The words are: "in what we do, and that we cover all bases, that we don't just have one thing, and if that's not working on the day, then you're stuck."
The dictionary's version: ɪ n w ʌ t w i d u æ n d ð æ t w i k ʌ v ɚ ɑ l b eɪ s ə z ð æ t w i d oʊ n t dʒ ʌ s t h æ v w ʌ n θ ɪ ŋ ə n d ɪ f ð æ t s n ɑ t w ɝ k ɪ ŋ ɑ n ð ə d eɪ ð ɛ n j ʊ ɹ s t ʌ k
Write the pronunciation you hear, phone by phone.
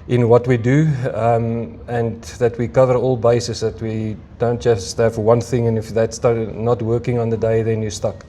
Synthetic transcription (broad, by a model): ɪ n w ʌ t w i d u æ n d ð æ t w i k ʌ v ɚ ɑ l b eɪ s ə s ð æ t w i d oʊ n t dʒ ʌ s t h æ v w ʌ n θ ɪ ŋ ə n ɪ f ð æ t s n ɑ t w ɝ k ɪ ŋ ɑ n ð ə d eɪ ð ɛ n j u s t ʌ k